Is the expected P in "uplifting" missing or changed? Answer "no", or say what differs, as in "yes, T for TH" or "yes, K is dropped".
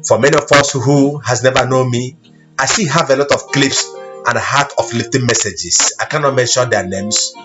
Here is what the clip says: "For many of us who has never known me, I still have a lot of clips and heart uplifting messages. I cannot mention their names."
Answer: yes, F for P